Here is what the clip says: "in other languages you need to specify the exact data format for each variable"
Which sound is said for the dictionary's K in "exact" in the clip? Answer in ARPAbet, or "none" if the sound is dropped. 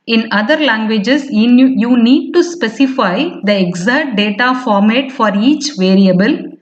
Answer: none